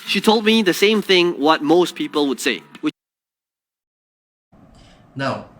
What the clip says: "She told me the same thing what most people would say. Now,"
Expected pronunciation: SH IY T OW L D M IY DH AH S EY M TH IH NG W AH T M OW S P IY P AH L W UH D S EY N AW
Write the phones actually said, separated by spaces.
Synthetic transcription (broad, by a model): SH IY T OW L D M IY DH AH S EY M TH IH NG W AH T M OW S P IY P AH L W UH D S EY N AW